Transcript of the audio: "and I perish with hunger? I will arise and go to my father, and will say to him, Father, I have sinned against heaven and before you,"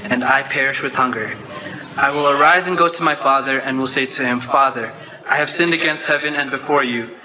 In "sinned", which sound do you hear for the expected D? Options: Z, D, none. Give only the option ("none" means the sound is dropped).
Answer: D